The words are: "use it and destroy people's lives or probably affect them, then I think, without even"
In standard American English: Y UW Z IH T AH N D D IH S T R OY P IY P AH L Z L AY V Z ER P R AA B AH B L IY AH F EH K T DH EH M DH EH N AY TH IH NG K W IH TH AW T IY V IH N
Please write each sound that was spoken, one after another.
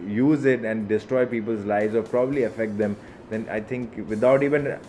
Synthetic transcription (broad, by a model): Y UW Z IH T AH N D D IH S T R OY P IY P AH L Z L AY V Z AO P R AA B AH B L IY AH F EH K T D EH M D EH N AY T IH NG K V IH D AW T IY V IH N